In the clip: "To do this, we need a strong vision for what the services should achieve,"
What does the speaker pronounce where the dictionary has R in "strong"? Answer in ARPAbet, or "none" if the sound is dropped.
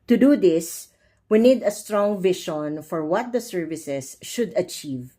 R